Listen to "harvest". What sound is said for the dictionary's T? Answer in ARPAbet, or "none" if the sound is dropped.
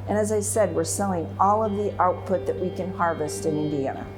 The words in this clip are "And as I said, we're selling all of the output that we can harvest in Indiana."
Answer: T